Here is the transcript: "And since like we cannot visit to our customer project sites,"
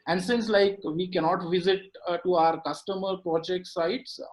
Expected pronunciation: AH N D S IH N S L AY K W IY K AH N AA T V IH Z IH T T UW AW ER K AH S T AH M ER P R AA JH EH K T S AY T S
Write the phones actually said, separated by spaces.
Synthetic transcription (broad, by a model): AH N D S IH N S L AY K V IY K AH N AA T V IH Z IH T T UW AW ER K AH S T AH M ER P R AA JH EH K T S AY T S